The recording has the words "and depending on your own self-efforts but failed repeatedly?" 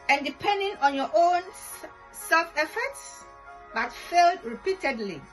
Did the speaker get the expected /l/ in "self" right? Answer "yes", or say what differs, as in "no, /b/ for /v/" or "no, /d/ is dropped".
yes